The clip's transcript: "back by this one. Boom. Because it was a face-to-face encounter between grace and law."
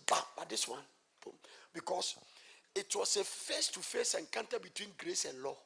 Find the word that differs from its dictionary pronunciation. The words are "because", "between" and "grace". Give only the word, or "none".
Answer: because